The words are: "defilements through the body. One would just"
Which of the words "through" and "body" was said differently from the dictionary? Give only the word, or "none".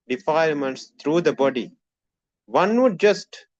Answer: through